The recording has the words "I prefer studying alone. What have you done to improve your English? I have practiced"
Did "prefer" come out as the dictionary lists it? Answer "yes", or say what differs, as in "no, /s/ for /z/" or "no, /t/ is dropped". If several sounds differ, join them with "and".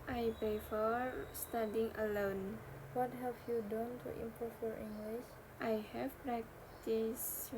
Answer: no, /ɹ/ is dropped